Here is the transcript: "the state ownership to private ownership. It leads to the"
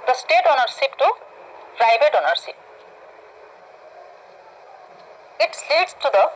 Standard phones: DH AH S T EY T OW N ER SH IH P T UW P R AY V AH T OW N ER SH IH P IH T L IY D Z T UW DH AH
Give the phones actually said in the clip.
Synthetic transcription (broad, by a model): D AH S T EY T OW N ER S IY P T UW P R AY B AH T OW N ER S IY P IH T L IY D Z T UW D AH